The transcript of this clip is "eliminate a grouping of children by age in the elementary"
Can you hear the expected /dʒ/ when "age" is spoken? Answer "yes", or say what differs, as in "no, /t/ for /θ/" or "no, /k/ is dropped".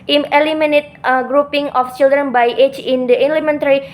no, /tʃ/ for /dʒ/